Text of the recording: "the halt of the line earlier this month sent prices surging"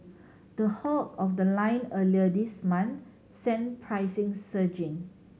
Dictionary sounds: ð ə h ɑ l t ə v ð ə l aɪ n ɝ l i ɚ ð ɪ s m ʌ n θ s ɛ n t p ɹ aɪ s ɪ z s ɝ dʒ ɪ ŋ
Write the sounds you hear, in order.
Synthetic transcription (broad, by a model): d ə h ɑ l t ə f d ə l aɪ n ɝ l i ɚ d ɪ s m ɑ n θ s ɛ n p ɹ aɪ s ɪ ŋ s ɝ dʒ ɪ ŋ